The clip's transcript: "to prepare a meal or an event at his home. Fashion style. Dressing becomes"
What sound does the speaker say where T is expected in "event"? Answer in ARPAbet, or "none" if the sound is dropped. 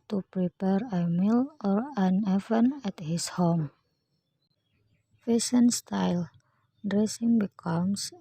none